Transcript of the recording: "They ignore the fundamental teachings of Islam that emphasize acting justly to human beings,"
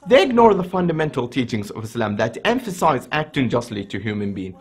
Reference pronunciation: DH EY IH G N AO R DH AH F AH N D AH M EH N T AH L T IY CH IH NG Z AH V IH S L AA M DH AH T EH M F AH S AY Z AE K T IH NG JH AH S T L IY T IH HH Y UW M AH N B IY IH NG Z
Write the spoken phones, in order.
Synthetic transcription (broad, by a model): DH EY IH G N AO R DH AH F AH N D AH M EH N T L T IY CH IH NG Z AH V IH S L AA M DH AH T EH M F AH S AY Z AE K T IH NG JH AH S T L IY T IH HH Y UW M AH N B IY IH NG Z